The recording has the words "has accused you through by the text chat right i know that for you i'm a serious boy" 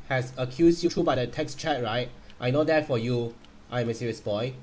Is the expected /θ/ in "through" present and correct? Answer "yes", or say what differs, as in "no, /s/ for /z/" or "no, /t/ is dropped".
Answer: no, /t/ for /θ/